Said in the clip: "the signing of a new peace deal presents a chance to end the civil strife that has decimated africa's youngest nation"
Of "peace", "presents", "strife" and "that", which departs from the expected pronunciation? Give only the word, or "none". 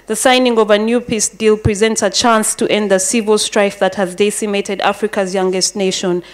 none